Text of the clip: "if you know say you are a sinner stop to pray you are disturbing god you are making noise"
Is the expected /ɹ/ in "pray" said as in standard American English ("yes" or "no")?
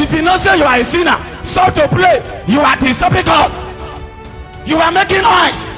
no